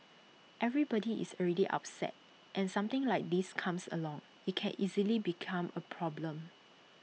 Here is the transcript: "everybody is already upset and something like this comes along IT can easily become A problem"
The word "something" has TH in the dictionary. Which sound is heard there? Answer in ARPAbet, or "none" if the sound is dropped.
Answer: T